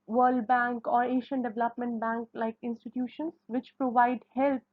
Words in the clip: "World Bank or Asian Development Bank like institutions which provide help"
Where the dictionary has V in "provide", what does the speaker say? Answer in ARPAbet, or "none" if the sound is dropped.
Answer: V